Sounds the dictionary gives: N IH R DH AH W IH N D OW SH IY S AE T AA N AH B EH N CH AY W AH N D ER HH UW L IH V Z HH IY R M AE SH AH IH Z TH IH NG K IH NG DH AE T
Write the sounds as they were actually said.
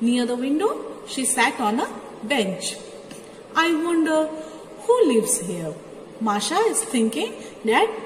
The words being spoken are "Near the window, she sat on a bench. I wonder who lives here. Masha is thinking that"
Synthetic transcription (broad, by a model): N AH R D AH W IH N D OW SH IY S AE T AA N AH B EH N CH AY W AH N D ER HH UW L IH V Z HH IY R M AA SH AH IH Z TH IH NG K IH NG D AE T